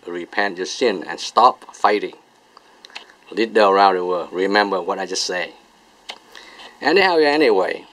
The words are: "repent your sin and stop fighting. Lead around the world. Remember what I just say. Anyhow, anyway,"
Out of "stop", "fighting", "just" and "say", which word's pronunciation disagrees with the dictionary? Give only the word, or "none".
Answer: none